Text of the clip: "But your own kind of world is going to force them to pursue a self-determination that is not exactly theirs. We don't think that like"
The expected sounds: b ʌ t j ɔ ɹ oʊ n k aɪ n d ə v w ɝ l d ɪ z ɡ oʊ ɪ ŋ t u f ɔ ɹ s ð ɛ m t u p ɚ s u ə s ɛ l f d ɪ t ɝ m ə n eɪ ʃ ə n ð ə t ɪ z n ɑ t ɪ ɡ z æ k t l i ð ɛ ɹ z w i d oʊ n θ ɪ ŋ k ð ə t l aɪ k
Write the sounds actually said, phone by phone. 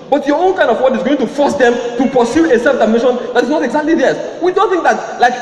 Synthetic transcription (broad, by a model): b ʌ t j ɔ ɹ oʊ n k aɪ n d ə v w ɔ d ɪ z ɡ oʊ ɪ ŋ t u f ɔ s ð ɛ m t u p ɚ s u ə s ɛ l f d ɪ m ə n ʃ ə n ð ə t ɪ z n ɑ t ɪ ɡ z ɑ k t l i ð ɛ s w i d oʊ n θ ɪ ŋ k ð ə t l aɪ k